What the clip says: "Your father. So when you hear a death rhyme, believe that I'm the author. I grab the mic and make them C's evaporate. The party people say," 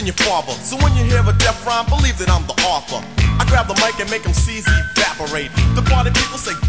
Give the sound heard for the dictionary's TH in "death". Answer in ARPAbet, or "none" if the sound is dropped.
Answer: F